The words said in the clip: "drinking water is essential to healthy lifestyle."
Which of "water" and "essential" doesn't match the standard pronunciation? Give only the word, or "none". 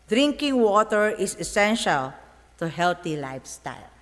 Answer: none